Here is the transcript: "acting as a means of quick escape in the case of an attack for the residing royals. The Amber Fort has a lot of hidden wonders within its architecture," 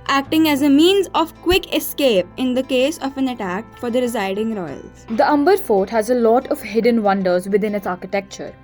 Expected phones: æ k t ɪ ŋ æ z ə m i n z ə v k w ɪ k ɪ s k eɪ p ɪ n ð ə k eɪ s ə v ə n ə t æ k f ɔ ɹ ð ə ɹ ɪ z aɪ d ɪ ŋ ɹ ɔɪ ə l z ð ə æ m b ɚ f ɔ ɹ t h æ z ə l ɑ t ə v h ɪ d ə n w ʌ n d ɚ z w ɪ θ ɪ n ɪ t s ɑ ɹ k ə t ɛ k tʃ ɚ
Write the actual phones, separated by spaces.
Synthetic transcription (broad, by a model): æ k t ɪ ŋ æ z ə m i n z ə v k w ɪ k ɪ s k eɪ p ɪ n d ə k eɪ s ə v ə n ə t æ k f ɔ ɹ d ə ɹ ɪ z aɪ d ɪ ŋ ɹ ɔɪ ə l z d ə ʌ m b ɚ f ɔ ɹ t h æ z ə l ɑ t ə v h ɪ d ə n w ʌ n d ɚ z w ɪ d ɪ n ɪ t s ɑ ɹ k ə t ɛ k tʃ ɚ